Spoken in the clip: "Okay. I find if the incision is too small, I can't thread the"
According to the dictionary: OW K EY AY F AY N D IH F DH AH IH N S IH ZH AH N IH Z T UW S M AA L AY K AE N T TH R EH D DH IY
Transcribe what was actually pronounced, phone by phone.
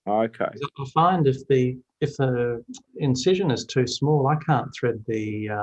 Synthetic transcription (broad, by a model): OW K EY AY F AY N D IH F DH AH IH N S IH ZH AH N IH Z T UW S M AA L AY K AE N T TH R EH D DH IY